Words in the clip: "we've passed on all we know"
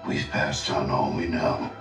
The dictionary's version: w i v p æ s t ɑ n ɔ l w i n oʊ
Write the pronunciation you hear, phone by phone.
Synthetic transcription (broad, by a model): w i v p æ s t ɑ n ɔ n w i n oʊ